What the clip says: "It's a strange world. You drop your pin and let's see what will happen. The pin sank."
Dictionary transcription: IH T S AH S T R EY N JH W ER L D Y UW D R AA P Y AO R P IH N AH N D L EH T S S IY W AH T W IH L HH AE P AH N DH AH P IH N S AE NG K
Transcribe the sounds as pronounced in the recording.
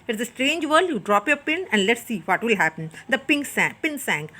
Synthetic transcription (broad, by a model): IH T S AH S T R EY N JH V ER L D Y UW D R AA P Y AO R P IH N AH N D L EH T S S IY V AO T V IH L HH AE P AH N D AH P IH N S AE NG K